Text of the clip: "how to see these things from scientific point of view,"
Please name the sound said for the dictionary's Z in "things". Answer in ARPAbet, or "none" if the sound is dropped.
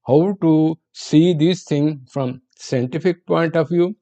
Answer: none